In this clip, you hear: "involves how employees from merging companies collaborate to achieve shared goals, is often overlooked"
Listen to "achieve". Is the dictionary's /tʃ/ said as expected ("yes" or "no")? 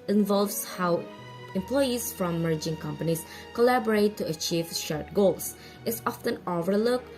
yes